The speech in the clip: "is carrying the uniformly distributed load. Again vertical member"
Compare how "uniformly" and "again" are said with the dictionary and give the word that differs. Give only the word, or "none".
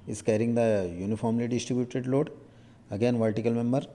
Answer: none